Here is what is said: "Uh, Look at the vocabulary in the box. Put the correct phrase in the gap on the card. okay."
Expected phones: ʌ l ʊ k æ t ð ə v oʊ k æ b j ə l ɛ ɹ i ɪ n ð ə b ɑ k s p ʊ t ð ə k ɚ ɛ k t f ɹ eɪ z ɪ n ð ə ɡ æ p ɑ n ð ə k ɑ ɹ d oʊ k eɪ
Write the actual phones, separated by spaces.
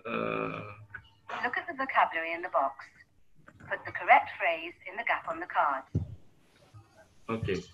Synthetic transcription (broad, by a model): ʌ l ʊ k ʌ t ð ə v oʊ k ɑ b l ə ɹ i ɪ n ð ə b ɑ k s p ʊ t ð ə k ɚ ɛ k t f ɹ eɪ z ɪ n ð ə ɡ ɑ p n ð ə k ɑ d oʊ k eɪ